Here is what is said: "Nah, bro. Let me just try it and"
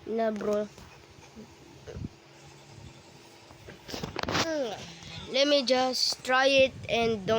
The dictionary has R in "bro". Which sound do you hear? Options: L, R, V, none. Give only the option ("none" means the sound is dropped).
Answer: R